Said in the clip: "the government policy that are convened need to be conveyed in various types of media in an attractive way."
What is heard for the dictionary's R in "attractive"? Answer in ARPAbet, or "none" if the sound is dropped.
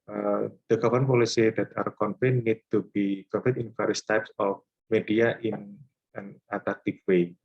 L